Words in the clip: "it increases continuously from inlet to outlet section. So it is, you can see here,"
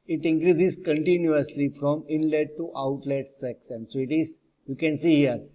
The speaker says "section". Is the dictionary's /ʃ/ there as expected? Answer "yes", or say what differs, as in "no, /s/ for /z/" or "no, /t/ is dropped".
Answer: no, /s/ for /ʃ/